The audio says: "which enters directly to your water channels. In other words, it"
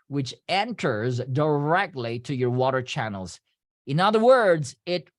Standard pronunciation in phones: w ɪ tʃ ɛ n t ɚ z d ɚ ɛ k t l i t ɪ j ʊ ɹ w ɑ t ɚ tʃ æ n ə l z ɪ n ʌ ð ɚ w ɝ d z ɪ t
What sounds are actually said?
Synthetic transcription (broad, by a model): w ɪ tʃ ɛ n t ɚ z d ɚ ɛ k t l i t ɪ j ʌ ɹ w ɑ t ɚ tʃ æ n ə l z ɪ n ʌ ð ɚ w ɝ d z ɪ t